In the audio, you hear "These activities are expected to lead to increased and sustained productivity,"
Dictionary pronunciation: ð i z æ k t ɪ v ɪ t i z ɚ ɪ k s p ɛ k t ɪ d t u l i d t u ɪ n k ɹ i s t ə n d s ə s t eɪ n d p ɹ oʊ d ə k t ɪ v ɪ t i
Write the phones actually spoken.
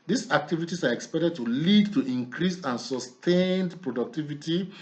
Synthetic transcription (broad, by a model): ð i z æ k t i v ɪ t i s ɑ ɪ k s p ɛ k t ɪ d t u l i d t u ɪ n k ɹ i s ə n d s ə s t eɪ n d p ɹ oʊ d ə k t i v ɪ t i